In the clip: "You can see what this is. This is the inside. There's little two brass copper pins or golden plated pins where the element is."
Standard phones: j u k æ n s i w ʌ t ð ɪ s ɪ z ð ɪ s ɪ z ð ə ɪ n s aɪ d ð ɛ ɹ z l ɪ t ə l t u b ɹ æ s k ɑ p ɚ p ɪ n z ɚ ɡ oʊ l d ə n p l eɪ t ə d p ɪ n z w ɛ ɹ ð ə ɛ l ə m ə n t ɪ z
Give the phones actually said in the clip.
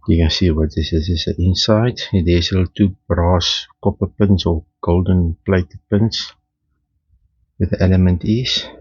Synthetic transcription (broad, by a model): j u k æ n s i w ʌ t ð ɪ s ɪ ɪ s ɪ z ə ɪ n s aɪ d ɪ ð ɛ s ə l t u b ɹ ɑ s k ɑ p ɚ p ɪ n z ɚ ɡ oʊ l d ə n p l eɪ t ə p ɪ n s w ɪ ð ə ɛ l ə m ə n t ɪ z